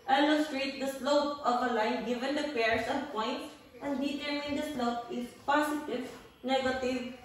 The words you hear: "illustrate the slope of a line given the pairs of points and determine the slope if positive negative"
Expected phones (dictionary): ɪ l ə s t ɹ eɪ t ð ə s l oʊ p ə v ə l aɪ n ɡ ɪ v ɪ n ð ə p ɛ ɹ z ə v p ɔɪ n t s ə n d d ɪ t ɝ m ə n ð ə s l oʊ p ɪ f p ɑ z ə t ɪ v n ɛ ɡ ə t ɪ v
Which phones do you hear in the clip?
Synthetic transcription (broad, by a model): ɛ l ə s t ɹ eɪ t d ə s l oʊ p ə v ə l aɪ n ɡ ɪ v ɪ n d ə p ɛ ɹ s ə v p ɔɪ n t s ə n d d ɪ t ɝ ə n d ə s l oʊ p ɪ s p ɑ s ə t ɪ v n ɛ ɡ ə t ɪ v